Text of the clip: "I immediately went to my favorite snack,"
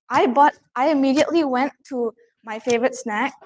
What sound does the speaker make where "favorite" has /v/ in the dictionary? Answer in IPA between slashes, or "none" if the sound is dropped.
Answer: /v/